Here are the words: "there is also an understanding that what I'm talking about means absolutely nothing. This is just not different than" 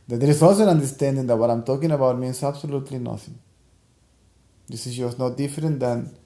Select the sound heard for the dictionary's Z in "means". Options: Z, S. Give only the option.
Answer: S